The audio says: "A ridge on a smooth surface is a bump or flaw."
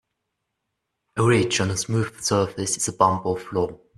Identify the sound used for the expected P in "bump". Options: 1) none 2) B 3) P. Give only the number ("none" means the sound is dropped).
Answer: 2